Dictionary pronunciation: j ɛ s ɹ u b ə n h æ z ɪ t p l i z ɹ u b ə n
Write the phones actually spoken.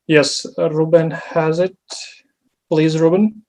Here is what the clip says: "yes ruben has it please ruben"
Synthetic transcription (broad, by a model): j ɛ s ɹ u b ə n h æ z ɪ t p l i z ɹ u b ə n